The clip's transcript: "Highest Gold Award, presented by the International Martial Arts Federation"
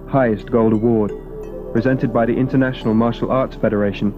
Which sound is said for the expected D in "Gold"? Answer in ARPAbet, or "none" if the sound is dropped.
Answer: D